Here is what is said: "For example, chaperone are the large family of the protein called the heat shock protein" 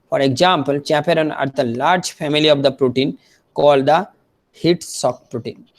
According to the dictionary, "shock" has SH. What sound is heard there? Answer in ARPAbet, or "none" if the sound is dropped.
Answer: S